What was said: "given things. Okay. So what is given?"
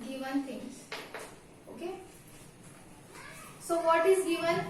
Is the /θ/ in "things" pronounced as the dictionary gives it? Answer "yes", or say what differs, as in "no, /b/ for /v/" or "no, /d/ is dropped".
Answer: no, /t/ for /θ/